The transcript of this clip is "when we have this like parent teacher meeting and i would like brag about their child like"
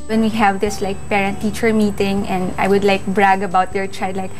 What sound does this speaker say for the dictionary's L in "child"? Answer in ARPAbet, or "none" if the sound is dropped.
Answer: none